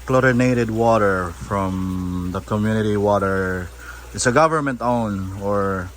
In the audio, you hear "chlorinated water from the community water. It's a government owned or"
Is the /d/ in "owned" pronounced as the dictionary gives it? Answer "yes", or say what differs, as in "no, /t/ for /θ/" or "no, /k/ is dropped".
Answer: no, /d/ is dropped